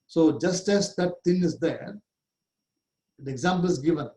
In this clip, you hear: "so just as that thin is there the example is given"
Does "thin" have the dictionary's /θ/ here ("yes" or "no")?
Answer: no